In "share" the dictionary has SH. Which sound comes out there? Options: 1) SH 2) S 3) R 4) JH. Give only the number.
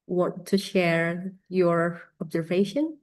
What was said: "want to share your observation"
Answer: 1